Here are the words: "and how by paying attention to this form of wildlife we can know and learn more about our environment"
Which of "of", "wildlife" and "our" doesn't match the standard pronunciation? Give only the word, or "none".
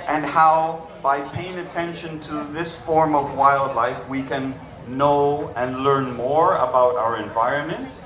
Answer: none